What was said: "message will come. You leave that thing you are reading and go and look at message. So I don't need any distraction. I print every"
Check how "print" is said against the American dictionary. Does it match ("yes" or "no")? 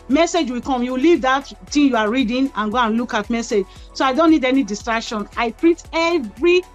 no